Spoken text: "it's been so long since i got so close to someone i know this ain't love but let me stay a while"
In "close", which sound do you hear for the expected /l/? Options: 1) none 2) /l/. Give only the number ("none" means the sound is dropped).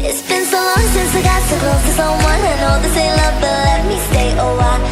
1